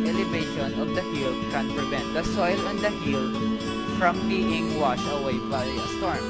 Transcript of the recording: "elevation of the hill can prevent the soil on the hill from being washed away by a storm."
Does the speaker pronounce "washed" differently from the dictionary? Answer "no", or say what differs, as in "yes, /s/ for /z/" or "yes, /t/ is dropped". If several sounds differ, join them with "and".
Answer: yes, /t/ is dropped